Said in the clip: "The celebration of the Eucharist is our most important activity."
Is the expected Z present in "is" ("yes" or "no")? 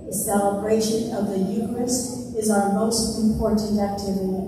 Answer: yes